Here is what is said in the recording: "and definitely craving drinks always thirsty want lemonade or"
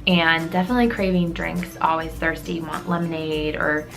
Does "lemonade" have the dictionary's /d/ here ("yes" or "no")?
yes